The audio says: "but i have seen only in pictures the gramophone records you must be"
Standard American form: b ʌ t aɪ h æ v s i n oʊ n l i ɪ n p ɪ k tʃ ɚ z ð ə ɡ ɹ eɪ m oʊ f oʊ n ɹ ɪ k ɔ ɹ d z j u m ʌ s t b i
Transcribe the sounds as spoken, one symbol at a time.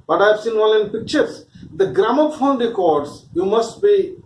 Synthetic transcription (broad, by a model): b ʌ t aɪ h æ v s i n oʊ l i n p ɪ k tʃ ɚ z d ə ɡ ɹ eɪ m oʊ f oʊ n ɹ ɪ k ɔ ɹ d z j u m ʌ s t b i